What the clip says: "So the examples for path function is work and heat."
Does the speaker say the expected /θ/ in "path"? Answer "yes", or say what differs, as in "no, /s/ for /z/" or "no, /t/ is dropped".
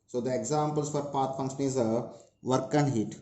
no, /t/ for /θ/